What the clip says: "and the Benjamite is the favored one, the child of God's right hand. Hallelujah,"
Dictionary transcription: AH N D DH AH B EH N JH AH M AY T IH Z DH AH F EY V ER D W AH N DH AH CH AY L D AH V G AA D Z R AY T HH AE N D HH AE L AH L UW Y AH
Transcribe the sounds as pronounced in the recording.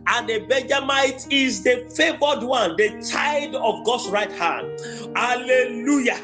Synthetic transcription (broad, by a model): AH N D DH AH B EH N JH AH M AY T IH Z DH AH F EY V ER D W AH N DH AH CH AY D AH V G AA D S R AY T HH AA N D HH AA L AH L UW Y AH